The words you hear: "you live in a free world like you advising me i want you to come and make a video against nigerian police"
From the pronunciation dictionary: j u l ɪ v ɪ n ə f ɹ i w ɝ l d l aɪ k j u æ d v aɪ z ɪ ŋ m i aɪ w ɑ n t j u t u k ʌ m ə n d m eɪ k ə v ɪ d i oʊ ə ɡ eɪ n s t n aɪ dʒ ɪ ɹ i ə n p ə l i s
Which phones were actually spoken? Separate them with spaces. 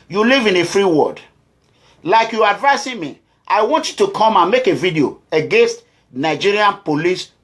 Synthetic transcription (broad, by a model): j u l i v ɪ n ə f ɹ i w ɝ d l aɪ k j u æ d v aɪ s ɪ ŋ m i aɪ w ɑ n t j u t u k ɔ m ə n m eɪ k ə v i d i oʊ ə ɡ eɪ n s t n aɪ dʒ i ɹ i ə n p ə l i s